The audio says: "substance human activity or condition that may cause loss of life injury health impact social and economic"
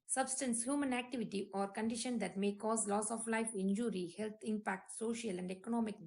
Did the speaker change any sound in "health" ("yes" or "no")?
yes